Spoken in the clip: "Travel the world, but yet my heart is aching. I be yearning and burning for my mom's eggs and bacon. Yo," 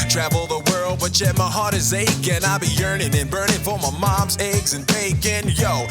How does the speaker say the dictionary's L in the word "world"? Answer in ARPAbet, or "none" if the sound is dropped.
L